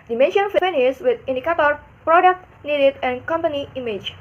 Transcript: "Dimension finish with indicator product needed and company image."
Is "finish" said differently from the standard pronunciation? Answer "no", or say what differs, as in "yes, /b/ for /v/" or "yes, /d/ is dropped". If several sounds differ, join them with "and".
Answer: yes, /s/ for /ʃ/